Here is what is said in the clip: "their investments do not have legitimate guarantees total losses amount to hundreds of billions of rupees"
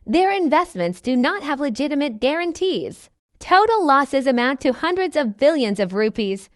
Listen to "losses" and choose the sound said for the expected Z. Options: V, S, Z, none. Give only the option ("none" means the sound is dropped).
Z